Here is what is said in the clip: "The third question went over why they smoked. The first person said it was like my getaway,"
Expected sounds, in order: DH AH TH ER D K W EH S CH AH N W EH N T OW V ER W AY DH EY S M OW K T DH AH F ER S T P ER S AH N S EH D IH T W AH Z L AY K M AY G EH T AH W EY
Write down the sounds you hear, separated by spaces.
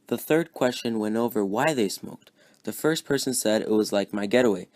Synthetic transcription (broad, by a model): DH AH TH ER D K W EH S CH AH N W EH N T OW V ER W AY DH EY S M OW K T DH AH F ER S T P ER S AH N S EH D IH T W AH Z L AY K M AY G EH T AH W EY